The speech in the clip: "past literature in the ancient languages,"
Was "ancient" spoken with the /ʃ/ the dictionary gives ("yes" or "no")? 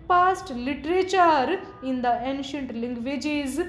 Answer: yes